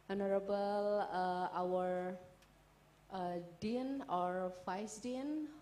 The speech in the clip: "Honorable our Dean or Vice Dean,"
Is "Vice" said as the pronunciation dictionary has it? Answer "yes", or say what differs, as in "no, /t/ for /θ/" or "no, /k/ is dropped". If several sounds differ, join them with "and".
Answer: no, /f/ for /v/